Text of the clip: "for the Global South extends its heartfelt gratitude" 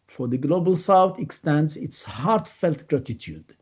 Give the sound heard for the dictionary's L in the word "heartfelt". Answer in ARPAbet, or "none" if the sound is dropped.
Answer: L